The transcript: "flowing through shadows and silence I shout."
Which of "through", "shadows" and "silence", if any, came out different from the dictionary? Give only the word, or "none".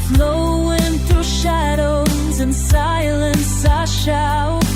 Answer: through